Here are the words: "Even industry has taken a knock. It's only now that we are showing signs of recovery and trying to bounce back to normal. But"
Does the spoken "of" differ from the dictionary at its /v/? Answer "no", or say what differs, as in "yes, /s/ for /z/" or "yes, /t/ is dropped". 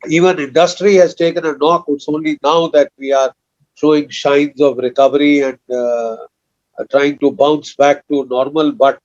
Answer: no